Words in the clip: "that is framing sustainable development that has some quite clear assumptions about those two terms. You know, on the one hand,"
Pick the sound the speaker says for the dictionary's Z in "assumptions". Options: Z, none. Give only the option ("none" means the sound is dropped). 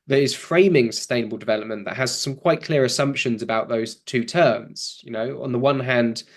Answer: Z